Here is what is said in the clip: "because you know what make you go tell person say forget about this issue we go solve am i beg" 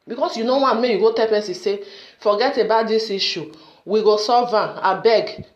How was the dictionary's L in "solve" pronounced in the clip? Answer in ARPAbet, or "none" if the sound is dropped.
none